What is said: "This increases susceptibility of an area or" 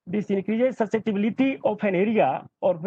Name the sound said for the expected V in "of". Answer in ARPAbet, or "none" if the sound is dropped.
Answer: P